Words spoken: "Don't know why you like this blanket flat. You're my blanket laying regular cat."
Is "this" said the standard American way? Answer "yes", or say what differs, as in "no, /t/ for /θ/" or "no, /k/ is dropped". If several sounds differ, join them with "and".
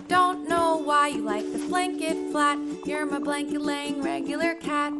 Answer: no, /s/ is dropped